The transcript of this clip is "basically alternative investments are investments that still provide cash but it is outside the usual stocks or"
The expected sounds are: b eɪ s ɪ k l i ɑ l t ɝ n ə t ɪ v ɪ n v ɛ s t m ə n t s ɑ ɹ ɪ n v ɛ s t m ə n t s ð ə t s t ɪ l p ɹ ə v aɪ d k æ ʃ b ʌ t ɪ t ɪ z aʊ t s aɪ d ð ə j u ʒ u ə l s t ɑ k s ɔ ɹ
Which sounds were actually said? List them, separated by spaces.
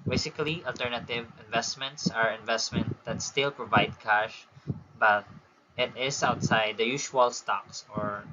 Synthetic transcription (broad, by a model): b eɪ s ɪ k l i ɑ l t ɝ n ə t ɪ v ɪ n v ɛ s t m ə n t s ɑ ɹ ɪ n v ɛ s t m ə n t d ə t s t ɪ l p ɹ ə v aɪ d k æ ʃ b ʌ t ɪ t ɪ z aʊ t s aɪ d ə j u ʃ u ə l s t ɑ k s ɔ ɹ